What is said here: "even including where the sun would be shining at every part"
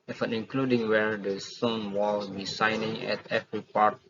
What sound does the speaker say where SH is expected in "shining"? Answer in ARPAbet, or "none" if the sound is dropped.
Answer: S